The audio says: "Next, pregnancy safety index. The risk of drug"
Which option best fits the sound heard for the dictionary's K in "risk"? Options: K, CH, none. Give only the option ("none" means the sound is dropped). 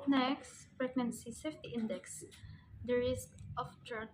K